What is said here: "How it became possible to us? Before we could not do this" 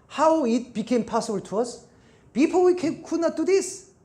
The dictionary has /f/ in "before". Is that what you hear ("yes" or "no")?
no